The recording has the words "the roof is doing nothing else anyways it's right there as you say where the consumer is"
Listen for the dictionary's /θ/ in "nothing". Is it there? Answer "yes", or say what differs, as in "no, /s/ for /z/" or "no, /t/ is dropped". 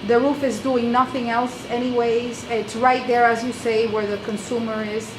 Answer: yes